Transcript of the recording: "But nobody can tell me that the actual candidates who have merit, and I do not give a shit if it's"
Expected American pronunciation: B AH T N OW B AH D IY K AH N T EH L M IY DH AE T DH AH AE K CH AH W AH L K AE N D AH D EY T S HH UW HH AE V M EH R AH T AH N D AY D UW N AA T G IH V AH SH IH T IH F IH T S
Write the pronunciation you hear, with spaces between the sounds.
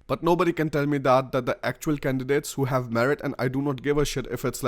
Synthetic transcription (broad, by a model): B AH T N OW B AH D IY K AH N T EH L M IY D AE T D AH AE K CH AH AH L K AE N D AH D EY T S HH UW HH AE V M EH R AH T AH N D AY D UW N AA T G IH V AH SH IH T IH F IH T S